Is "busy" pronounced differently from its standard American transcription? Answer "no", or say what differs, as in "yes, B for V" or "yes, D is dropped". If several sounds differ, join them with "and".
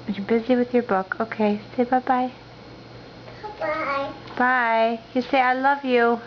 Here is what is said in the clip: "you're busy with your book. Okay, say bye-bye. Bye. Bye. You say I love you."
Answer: no